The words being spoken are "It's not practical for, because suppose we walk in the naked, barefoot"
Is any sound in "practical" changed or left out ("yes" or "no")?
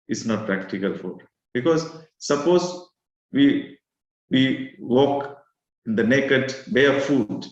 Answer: no